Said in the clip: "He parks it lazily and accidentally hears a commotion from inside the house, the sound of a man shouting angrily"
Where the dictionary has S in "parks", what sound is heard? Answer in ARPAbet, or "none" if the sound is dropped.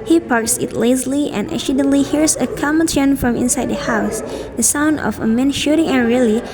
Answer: S